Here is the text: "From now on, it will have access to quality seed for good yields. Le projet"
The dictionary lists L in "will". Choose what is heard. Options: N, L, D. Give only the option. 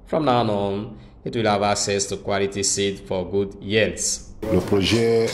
L